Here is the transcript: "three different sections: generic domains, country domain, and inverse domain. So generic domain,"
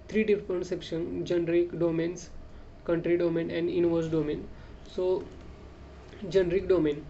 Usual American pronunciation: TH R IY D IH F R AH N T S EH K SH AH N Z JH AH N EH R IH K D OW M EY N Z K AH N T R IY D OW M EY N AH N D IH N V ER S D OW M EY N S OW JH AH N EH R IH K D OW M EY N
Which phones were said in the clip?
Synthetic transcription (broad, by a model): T R IY D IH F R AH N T S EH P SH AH N JH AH N R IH K D OW M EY N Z K AH N T R IY D OW M EY N AH N D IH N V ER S D OW M EY N S OW JH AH N R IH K D OW M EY N